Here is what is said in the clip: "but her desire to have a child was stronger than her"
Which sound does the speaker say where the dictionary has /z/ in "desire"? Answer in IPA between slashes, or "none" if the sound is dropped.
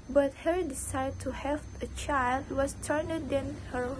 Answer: /s/